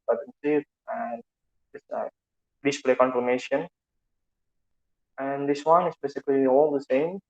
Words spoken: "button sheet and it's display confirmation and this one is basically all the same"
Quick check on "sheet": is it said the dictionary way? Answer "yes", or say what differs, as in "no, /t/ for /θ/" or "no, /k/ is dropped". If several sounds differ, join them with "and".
no, /s/ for /ʃ/